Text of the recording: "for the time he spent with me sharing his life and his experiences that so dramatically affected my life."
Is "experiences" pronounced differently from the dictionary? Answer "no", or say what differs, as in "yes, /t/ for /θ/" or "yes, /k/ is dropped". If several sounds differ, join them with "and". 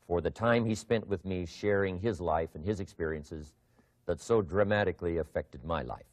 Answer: no